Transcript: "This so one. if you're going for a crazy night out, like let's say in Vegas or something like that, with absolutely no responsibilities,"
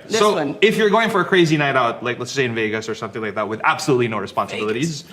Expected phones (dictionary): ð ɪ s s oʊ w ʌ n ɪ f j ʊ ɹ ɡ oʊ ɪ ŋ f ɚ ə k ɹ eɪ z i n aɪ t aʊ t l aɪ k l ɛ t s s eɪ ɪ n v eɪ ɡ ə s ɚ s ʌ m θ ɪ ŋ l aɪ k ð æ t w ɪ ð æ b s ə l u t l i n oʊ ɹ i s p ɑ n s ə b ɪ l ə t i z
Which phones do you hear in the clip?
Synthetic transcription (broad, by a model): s s oʊ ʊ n ɪ f j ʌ ɹ ɡ oʊ ɪ ŋ f ɚ ə k ɹ eɪ z i n aɪ t aʊ t l aɪ k l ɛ t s s eɪ ɪ n v eɪ ɡ ə s ɚ s ʌ m θ ɪ ŋ l aɪ k ð æ t w ɪ ð æ b s ə l u t l i n oʊ ɹ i s p ɑ n s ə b ɪ l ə t i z